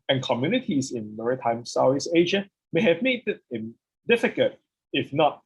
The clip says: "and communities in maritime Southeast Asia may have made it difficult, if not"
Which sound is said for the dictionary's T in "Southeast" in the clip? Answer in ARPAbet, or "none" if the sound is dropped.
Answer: none